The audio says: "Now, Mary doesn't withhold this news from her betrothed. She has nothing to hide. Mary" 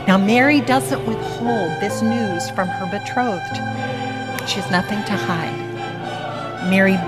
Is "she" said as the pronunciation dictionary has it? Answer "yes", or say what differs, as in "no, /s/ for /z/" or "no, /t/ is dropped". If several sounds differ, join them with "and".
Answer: yes